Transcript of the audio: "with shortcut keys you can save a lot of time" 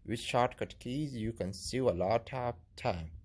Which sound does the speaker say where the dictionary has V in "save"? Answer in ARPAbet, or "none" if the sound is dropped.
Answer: none